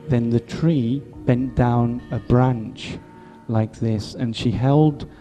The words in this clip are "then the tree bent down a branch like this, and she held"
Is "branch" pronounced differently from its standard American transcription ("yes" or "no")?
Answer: no